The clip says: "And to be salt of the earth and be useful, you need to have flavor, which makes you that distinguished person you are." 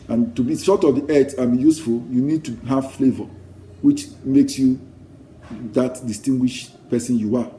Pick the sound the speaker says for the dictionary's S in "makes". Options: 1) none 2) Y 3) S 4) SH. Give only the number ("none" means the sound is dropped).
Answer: 3